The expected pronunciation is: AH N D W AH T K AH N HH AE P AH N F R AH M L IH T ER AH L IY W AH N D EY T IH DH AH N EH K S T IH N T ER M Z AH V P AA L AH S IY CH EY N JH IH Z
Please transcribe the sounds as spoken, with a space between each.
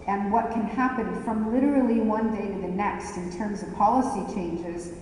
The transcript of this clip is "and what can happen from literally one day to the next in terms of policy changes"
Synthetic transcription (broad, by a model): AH N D W AH T K AH N HH AE P AH N F R AH M L IH T ER L IY W AH N D EY T IH DH AH N EH K S T IH N T ER M Z AH V P AA L AH S IY CH EY N JH IH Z